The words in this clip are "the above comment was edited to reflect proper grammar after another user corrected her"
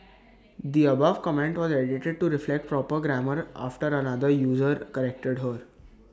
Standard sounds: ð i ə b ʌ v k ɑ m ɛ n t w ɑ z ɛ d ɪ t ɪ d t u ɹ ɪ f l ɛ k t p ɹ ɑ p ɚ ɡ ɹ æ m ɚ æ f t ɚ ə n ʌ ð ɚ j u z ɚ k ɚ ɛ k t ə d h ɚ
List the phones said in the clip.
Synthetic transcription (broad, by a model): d i ə b ʌ v k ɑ m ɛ n t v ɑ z ɛ d ɪ t ɪ d t u ɹ ɪ f l ɛ k t p ɹ ɑ p ɚ ɡ ɹ æ m ɚ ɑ f t ɚ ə n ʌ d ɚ j u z ɚ k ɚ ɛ k t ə d h ɚ